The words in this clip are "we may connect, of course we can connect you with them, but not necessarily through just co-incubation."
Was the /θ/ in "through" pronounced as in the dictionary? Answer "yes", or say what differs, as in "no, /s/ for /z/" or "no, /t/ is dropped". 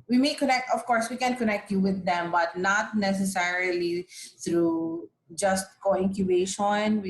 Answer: no, /t/ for /θ/